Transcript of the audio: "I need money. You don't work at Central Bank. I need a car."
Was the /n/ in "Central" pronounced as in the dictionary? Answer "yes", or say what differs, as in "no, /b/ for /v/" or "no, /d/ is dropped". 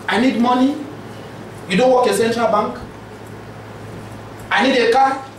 yes